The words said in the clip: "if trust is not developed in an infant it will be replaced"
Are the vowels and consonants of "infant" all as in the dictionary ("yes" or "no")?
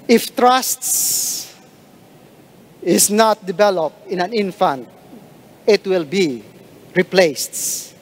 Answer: yes